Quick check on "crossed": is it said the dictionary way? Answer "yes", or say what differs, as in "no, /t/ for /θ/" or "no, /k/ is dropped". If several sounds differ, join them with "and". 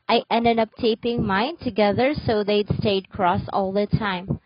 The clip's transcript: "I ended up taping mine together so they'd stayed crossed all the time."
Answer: no, /t/ is dropped